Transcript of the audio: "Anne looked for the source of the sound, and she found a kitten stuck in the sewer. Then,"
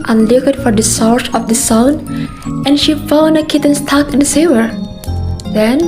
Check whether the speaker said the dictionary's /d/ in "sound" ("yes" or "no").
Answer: no